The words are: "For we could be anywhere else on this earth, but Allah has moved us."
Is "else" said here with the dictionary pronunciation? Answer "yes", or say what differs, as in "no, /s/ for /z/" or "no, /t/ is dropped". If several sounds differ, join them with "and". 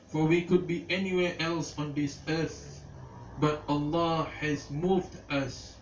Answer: yes